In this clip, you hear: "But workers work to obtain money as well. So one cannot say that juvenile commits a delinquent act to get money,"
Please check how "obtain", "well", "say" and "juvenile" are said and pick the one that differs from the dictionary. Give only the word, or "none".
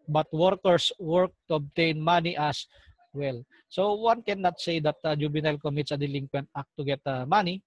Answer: juvenile